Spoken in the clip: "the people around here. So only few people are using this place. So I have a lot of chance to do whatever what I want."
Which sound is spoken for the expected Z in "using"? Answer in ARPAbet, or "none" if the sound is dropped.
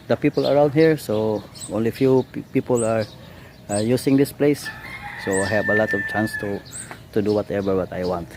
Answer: S